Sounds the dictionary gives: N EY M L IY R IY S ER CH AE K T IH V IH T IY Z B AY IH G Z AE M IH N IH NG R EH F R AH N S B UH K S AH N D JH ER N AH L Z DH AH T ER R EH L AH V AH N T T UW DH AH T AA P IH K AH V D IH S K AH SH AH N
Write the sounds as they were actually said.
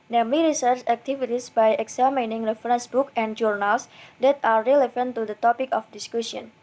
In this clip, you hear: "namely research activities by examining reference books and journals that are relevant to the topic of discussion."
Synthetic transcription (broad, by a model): N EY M L IY R IY S ER CH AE K T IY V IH T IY S B AY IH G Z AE M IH N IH NG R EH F R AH N S B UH K AH N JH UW N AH L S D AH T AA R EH L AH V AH N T T UW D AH T AA P IH K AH F D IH S K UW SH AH N